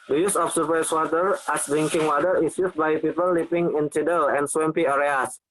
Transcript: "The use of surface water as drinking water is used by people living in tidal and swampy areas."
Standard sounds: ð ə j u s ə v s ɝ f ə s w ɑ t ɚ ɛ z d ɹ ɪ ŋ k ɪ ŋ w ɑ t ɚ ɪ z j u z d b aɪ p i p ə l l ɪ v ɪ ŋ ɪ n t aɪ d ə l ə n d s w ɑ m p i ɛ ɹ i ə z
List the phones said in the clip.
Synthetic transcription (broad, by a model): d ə j u s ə f s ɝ p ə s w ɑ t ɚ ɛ s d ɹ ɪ ŋ k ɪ ŋ w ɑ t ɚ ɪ s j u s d b aɪ p i p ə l l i p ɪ ŋ ɪ n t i d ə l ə n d s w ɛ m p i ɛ ɹ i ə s